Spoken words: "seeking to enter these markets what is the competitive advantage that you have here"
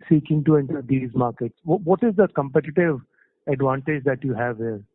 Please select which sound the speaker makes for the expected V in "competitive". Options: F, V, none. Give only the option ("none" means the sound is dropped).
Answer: V